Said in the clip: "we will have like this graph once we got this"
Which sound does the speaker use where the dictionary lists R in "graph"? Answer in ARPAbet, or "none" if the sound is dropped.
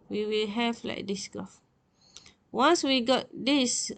none